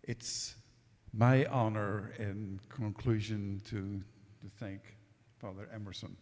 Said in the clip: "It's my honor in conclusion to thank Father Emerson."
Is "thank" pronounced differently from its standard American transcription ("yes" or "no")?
no